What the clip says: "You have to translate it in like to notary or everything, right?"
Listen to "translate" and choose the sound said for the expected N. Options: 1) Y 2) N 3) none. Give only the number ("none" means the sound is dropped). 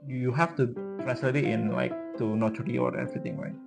3